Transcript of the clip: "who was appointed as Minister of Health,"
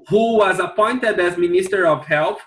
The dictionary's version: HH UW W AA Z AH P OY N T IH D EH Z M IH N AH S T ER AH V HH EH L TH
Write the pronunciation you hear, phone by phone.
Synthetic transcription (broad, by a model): HH UW W AA Z AH P OY N T IH D EH Z M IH N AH S T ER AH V HH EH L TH